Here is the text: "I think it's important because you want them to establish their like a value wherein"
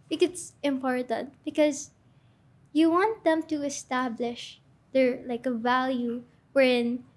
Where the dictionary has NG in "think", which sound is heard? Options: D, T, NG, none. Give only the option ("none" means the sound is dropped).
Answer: none